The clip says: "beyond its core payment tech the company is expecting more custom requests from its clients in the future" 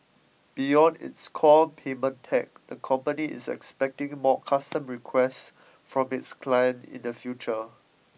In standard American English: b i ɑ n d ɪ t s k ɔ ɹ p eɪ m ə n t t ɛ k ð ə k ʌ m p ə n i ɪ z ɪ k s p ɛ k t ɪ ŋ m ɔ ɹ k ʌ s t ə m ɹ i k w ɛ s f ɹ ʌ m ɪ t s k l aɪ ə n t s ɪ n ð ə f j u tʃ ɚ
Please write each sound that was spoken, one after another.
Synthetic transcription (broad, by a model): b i ɑ n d ɪ t s k ɔ p eɪ m ə n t t ɛ k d ə k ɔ m p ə n i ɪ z ɪ k s p ɛ k t ɪ ŋ m ɔ k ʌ s t ə m ɹ i k w ɛ s f ɹ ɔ m ɪ t s k l aɪ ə n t ɪ n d ə f j u tʃ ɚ